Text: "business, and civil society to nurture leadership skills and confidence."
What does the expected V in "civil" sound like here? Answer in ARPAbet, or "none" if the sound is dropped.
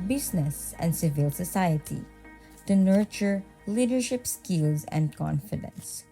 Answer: V